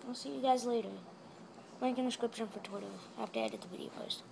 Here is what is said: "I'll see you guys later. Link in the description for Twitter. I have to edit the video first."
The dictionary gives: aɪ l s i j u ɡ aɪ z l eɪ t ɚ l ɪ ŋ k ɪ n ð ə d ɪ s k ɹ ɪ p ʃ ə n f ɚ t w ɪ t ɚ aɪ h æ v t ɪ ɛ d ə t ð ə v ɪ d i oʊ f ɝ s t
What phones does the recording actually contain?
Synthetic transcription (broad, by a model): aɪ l s i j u ɡ aɪ z l eɪ t ɚ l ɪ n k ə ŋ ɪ s k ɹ ɪ p ʃ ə n f ɚ t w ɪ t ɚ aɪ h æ f t ɪ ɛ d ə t ð ə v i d i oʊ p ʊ s t